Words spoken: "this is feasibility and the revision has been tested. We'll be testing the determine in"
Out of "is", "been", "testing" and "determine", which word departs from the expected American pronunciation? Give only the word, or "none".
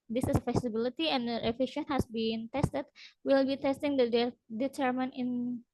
is